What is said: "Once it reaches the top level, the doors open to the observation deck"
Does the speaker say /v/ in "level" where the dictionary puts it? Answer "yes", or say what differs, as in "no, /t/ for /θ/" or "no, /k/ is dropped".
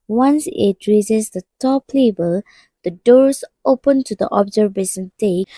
no, /b/ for /v/